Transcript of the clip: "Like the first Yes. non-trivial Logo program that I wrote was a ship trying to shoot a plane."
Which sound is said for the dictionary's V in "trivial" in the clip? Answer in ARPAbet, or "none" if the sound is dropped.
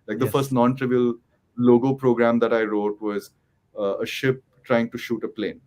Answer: V